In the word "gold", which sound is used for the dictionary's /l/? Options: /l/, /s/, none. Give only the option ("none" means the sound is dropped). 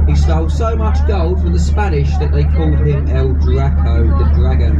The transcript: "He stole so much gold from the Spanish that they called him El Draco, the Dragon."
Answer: /l/